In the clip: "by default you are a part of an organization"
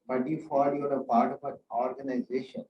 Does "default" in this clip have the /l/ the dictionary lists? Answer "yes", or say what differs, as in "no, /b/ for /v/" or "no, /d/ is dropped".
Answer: no, /l/ is dropped